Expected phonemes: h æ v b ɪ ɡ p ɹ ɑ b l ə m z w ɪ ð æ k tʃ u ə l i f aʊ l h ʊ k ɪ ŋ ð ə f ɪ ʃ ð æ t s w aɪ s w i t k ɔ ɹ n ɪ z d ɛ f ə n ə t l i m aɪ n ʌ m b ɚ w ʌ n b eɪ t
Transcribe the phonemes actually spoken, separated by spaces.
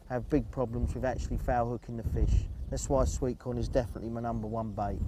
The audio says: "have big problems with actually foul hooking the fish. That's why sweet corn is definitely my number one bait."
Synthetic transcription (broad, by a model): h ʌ v b ɪ ɡ p ɹ ɑ b l ə m z w ɪ ð æ k tʃ u ə l i f aʊ h ʊ k ɪ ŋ ð ə f ɪ ʃ ð æ t s w aɪ s w i t k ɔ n ɪ z d ɛ f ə n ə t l i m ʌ n ʌ m b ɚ w ʌ n b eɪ t